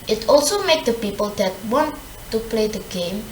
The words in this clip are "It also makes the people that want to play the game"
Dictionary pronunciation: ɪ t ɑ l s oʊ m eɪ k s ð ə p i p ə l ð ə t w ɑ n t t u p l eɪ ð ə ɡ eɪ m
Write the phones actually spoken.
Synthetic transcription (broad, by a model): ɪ t ɑ l s oʊ m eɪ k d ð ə p i p ə l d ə t w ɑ n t t u p l eɪ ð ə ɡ eɪ m